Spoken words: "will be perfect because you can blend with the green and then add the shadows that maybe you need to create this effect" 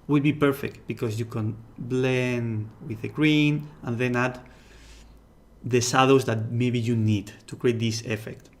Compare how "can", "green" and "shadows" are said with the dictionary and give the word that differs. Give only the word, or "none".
shadows